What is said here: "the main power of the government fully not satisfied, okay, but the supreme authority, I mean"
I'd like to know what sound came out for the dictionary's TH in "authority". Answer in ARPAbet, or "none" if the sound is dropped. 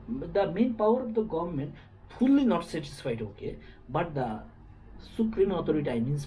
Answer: T